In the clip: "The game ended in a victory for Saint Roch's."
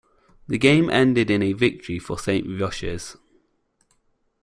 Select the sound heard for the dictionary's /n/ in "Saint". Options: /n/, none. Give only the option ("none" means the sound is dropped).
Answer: /n/